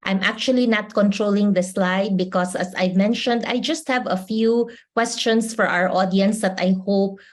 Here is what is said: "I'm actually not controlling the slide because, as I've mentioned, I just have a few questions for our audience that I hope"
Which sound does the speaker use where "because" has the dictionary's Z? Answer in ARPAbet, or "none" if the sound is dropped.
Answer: S